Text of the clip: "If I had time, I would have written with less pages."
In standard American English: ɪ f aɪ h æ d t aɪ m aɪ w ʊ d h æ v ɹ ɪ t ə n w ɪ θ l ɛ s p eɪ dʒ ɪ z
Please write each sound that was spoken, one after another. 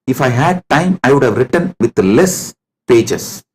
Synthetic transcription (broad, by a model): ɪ f aɪ h æ d t aɪ m aɪ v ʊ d h æ v ɹ ɪ t ə n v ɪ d l ɛ s p eɪ dʒ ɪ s